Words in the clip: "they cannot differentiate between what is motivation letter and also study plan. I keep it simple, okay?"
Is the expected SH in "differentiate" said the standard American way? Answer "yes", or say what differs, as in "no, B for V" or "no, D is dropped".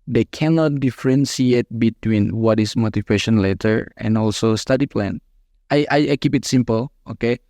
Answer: no, S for SH